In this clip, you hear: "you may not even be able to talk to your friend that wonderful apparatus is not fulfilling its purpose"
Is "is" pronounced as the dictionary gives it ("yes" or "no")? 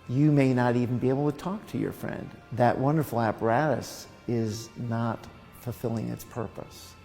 yes